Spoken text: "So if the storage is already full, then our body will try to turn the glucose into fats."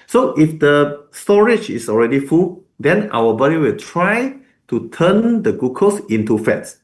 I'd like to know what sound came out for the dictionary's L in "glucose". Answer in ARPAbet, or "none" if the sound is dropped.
none